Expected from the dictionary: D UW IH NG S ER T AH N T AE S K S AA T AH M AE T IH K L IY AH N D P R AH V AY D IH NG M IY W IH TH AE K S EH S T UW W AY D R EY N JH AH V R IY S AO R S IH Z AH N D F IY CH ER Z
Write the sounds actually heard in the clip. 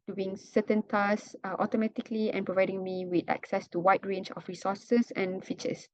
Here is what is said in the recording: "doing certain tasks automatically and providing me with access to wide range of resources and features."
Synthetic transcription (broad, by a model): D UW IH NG S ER T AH N T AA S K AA T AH M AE T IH K L IY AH N P R AH V AY D IH NG M IY W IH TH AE K S EH S T UW W AY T R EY N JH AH F R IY S AO S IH S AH N F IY CH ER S